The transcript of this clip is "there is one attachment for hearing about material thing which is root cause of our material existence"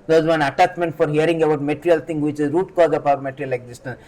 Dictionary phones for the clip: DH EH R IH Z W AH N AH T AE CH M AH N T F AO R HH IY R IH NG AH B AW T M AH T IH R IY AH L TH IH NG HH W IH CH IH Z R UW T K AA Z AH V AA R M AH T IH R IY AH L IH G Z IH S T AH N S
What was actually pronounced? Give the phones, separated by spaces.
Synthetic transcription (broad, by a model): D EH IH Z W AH N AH T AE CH M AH N T F AO R HH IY R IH NG AH B AW T M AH T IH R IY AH L T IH NG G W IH CH IH Z R UW T K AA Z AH P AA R M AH T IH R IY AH L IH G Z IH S T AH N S